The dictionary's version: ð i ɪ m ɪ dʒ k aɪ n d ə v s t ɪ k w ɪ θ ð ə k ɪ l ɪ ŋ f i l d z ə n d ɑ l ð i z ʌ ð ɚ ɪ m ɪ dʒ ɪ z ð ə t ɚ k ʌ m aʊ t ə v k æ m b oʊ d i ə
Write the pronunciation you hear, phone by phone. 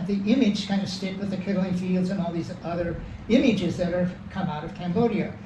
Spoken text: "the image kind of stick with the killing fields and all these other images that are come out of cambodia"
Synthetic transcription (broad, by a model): ð i ɪ m ɪ dʒ k aɪ n d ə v s t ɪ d w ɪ ð ə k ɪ l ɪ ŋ f i l d z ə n ɑ l ð i z ʌ ð ɚ ɪ m ɪ dʒ ɪ z ð ə t ɚ k ʌ m aʊ t ə v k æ m b oʊ d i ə